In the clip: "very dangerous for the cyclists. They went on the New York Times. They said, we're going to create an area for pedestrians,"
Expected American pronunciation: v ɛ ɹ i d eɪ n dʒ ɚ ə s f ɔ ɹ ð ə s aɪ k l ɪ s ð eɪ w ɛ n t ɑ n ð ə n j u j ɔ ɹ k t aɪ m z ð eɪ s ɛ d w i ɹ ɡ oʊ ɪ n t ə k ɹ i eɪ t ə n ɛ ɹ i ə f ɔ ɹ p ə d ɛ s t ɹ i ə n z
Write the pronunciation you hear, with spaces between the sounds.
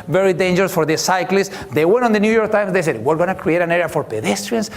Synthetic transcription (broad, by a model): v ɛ ɹ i d eɪ n dʒ ɚ ə s f ɔ ɹ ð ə s aɪ k l ɪ s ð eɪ w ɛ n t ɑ n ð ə n j u j ɔ ɹ k t aɪ m s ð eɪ s ɛ d w i ɹ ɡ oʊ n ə k ɹ i eɪ t ə n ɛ ɹ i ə f ɔ ɹ p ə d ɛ s t ɹ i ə n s